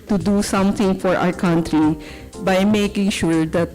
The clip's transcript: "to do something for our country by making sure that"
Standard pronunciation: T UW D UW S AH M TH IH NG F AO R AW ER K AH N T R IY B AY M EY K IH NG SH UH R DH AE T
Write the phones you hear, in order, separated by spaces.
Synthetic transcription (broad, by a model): T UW D UW S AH M T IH NG F AO R AW ER K AH N T R IY B AY M EY K IH NG SH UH R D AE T